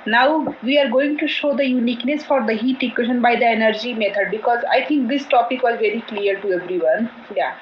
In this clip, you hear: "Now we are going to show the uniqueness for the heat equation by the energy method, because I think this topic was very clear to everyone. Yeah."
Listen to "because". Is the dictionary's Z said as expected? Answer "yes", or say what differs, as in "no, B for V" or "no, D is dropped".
yes